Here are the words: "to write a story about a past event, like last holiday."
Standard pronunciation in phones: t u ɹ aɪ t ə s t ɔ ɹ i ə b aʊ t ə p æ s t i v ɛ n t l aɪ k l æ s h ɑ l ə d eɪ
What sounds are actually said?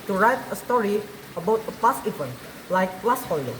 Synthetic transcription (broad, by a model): t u ɹ aɪ t ə s t ɔ ɹ i ə b aʊ t ə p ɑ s i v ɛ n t l aɪ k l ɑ s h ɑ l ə